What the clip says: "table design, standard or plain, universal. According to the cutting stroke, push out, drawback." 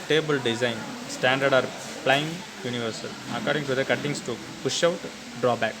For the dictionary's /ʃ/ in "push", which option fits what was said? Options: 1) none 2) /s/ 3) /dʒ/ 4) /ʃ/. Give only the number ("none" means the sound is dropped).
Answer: 4